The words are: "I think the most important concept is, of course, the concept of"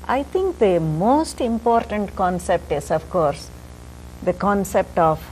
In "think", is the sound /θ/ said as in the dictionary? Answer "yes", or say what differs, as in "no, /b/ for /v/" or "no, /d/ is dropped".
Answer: no, /t/ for /θ/